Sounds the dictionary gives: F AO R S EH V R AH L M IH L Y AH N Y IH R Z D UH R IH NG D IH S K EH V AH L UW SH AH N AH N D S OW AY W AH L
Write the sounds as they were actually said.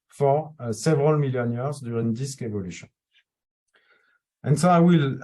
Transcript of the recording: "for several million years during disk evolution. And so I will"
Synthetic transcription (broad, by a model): F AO R S EH V R AH L M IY L Y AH N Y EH R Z D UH R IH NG D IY S K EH V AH L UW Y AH AH N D S OW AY W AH L